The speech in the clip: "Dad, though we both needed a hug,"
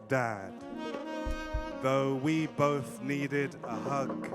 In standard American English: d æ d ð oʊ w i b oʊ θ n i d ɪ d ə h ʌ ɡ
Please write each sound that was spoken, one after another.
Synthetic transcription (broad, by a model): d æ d ð oʊ w i b oʊ θ n i d ɪ d ə h ʌ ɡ